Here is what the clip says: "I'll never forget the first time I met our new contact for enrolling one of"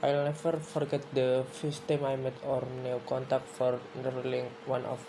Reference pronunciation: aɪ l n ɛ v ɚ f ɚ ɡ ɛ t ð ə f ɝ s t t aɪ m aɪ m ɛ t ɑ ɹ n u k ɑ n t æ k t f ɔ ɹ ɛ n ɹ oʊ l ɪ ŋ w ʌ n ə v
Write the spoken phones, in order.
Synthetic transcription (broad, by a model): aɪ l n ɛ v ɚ f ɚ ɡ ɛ t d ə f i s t t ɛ m aɪ m ɛ t ɑ ɹ n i k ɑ n t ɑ k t f ɔ ɹ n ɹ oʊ l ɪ ŋ w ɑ n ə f